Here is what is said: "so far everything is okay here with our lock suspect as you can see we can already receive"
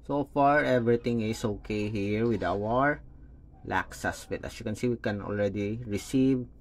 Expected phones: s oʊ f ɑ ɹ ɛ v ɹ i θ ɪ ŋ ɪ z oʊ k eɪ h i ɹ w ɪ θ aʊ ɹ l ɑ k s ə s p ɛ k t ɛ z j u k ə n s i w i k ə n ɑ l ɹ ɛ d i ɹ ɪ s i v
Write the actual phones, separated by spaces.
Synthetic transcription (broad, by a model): s oʊ f ɑ ɹ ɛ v ɹ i t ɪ ŋ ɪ s oʊ k eɪ h i ɹ w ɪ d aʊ ɹ l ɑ k s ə s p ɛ t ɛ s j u k ə n s i w i k ə n ɑ l ɹ ɛ d i ɹ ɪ s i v